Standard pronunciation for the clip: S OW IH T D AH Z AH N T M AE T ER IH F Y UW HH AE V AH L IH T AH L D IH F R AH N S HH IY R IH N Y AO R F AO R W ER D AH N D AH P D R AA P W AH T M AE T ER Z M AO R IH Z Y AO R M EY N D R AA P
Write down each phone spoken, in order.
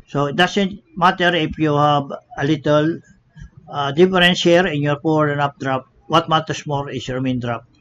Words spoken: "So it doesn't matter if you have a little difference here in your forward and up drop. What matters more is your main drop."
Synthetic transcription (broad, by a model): S OW IH T D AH S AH N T M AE T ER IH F Y UW HH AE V AH L IH T AH L D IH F R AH N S HH IY R IH N Y AO R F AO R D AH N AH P D R AA P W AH T M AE T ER S M AO R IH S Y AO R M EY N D R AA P